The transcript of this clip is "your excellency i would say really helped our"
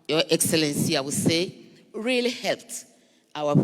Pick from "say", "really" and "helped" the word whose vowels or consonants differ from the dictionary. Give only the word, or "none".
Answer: none